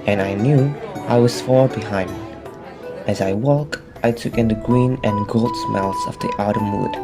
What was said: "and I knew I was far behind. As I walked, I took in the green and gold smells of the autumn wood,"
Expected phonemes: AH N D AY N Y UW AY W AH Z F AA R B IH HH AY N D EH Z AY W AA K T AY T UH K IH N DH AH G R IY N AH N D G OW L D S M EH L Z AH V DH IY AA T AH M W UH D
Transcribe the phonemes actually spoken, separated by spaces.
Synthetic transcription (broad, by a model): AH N AY N Y UW AY W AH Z F AA R B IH HH AY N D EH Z AY W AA K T AY T UH K IH N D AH G R IY N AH N G OW L D S M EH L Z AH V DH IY AA T AH M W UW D